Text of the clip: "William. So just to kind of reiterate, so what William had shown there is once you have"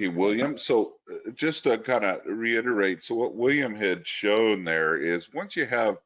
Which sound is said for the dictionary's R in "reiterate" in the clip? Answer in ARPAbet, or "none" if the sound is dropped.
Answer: R